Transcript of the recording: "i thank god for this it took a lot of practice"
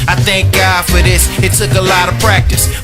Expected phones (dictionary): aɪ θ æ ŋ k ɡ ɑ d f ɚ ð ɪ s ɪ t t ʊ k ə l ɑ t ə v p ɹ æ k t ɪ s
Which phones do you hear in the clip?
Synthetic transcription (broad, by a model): aɪ θ æ ŋ k ɡ ɑ d f ɚ ð ɪ s ɪ t s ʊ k ə l ɑ t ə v p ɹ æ k t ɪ s